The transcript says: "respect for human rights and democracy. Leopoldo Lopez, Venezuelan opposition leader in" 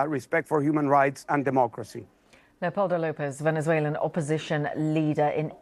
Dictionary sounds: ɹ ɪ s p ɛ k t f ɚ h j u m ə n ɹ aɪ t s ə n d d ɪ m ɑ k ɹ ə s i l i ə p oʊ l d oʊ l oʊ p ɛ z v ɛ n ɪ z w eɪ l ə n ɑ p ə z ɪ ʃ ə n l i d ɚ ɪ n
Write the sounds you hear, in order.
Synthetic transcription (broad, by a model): ɹ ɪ s p ɛ k t f ɚ h j u m ə n ɹ aɪ t s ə n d d ɪ m ɑ k ɹ ə s i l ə p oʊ l d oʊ l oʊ p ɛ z v ɛ n ɪ z w eɪ l ə n ɑ p ə z ɪ ʃ ə n l i d ɚ ɪ n